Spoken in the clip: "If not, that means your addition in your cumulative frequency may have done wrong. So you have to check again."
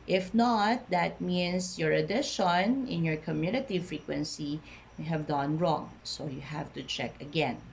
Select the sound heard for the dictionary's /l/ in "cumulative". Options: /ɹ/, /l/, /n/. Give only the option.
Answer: /n/